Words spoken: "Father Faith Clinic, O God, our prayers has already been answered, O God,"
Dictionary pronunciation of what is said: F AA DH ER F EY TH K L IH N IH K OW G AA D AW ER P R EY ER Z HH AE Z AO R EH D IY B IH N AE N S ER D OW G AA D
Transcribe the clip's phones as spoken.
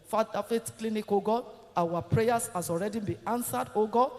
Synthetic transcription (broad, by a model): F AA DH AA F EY T K L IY N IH K OW G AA AW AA P R EY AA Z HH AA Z AO R EH D IY B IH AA N S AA D OW G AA